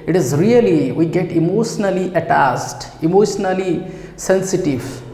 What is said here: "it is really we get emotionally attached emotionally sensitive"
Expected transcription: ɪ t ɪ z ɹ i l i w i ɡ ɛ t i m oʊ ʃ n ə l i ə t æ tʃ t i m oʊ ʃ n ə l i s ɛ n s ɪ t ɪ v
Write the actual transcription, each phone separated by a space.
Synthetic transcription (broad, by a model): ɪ t ɪ z ɹ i l i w i ɡ ɛ t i m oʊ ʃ n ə l i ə t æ s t i m oʊ ʃ n ə l i s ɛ n s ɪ t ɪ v